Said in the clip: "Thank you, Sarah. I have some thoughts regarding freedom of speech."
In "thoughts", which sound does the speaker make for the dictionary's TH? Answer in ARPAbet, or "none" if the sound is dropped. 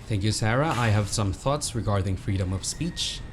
TH